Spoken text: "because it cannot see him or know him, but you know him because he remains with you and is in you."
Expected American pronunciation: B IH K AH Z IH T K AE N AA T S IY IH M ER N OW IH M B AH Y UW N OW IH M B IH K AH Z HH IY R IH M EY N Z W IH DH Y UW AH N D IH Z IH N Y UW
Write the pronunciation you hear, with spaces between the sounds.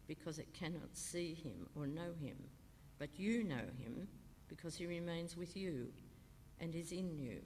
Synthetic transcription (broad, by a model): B IH K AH Z IH T K AE N AA T S IY IH M ER N OW IH M B AH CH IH N OW IH M B IH K AH Z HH IY R IH M EY N Z W IH DH Y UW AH N IH Z IH N Y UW